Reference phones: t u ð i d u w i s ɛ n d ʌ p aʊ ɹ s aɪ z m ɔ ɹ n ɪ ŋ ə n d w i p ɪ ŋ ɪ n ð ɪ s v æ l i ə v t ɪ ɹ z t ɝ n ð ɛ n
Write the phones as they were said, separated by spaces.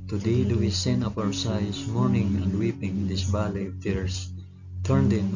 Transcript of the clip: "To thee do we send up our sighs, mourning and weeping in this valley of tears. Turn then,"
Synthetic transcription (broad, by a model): t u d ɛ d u w i s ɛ n ʌ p aʊ ɹ s aɪ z m ɔ ɹ n ɪ ŋ ə n d w i p ɪ ŋ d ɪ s b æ l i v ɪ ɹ s t ɝ n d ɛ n